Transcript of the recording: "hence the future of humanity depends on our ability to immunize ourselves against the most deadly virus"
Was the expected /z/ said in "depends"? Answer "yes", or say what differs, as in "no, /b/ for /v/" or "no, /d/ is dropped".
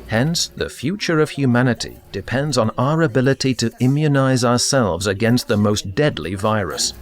yes